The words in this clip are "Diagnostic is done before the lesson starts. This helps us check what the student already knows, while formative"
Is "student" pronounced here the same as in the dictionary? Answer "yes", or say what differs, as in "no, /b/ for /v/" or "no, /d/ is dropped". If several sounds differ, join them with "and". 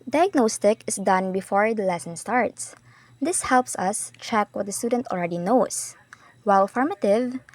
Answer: yes